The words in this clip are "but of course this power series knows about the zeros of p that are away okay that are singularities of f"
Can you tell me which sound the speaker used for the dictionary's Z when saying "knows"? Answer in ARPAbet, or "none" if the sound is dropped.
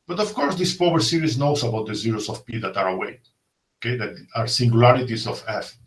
S